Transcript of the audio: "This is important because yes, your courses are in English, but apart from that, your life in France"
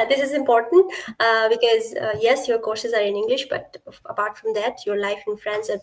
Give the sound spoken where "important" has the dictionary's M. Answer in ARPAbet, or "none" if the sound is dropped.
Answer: M